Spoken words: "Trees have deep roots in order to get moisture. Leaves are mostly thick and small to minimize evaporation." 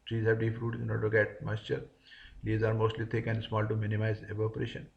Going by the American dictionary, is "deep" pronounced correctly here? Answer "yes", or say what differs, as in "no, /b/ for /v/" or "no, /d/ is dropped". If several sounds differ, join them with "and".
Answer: no, /f/ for /p/